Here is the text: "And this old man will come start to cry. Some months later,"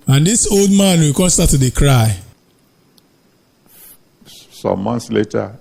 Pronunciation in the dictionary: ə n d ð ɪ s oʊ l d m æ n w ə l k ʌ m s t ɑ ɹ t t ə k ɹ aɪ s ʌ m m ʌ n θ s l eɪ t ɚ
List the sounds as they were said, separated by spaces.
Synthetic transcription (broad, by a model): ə n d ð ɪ s oʊ l d m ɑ n w ə l k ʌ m s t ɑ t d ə k ɹ aɪ s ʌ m m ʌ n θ s l eɪ t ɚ